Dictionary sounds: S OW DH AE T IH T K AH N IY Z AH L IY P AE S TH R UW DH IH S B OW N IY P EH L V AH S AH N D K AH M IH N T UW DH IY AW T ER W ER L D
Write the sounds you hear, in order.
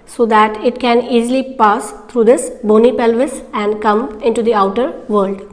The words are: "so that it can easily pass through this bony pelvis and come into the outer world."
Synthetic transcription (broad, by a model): S OW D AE T IH T K AH N IY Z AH L IY P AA S T R UW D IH S B OW N IY P EH L V AH S AH N D K AH M IH N T UW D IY AW T ER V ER L D